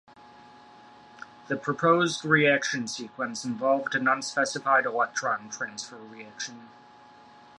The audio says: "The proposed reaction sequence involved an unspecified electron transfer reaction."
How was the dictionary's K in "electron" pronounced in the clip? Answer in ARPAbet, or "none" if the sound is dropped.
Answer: none